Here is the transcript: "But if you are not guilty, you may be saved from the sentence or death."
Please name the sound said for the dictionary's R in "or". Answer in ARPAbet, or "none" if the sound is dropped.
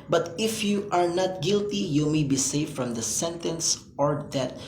R